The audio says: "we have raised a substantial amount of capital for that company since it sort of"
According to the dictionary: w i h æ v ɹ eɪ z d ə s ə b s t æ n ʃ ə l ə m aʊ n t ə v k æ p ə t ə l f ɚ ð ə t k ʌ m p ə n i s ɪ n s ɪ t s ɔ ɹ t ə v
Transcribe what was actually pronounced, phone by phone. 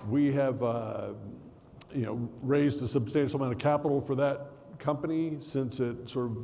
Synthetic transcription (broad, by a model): w i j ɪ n ɹ eɪ z d ə s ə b s t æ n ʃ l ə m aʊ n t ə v k æ p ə t l f ɚ ð ə t k ʌ m p ə n i s ɪ n s ɪ t s ɔ ɹ t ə v